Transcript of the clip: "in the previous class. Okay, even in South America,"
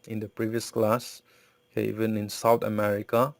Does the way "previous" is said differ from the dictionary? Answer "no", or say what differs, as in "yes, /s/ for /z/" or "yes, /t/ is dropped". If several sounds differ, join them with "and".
no